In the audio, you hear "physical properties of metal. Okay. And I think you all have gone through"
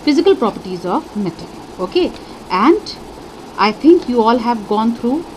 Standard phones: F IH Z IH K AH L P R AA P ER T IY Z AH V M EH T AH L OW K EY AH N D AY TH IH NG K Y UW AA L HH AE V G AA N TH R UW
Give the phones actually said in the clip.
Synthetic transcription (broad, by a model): F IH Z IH K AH L P R AA P ER T IY Z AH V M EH T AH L OW K EY AH N D AY T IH NG K Y UW AA L HH AE V G AA N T R UW